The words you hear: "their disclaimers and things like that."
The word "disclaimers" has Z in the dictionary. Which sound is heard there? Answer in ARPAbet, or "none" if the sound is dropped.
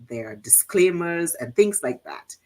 Z